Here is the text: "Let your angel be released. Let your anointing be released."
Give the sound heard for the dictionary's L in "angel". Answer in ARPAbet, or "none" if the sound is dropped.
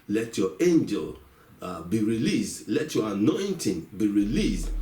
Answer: L